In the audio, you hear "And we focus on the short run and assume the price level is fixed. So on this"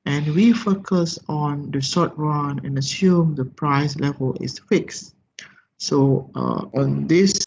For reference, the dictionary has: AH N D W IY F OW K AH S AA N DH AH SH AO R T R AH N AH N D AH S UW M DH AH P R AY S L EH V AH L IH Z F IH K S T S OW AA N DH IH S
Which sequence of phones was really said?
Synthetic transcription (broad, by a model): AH N W IY F OW K AH S AA N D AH S AO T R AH N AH N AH S UW M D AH P R AY S L EH V AH L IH S F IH K S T S OW AA N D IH S